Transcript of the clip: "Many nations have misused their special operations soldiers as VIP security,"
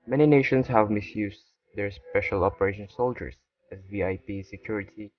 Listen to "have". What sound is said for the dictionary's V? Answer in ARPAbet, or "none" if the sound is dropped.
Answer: V